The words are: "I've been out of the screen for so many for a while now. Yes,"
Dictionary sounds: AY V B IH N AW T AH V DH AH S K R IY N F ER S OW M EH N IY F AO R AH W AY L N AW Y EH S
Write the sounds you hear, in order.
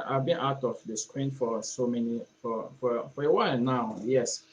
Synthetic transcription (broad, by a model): AY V B IH N AW T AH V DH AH S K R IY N F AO S OW M EH N IY F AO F AH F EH W N AW Y EH S